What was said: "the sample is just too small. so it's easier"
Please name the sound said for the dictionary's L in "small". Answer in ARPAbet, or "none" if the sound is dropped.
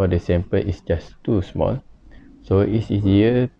L